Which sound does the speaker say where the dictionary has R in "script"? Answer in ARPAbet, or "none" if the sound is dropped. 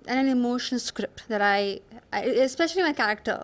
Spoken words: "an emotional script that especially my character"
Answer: R